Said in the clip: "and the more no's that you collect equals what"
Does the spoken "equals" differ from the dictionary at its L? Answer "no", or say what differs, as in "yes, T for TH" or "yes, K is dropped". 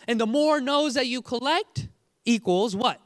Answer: no